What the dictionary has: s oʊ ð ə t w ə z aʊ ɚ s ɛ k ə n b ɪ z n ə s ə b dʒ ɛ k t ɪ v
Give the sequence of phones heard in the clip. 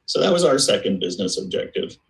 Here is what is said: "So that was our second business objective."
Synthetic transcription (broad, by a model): s oʊ ð ə t w ə z aʊ ɚ s ɛ k ə n b ɪ z n ə s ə b dʒ ɛ k t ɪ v